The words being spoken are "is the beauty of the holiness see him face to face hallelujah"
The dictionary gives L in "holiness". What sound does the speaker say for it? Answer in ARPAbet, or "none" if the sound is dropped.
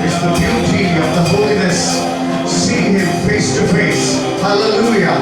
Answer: L